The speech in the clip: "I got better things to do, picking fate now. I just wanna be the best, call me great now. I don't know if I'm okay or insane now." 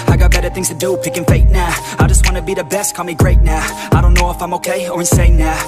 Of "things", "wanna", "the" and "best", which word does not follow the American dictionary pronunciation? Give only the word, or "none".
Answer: none